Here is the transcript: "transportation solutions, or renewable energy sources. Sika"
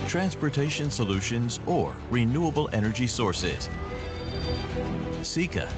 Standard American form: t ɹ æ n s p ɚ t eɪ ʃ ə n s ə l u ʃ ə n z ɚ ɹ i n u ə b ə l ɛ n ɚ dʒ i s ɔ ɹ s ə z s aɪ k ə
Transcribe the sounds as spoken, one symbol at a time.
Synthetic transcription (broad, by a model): t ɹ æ n s p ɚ t eɪ ʃ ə n s ə l u ʃ ə n z ɚ ɹ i n u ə b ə l ɛ n ɚ dʒ i s ɔ ɹ s ə z s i k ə